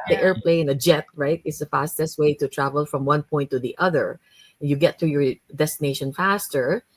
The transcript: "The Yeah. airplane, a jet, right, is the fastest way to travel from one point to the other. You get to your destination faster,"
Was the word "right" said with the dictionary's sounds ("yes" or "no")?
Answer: yes